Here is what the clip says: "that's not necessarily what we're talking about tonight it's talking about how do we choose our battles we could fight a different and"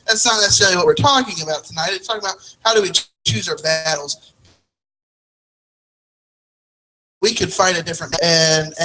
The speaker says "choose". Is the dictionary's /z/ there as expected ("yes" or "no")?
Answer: yes